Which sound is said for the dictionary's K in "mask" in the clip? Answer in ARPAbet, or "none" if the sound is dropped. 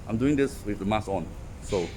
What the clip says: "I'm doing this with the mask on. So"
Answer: none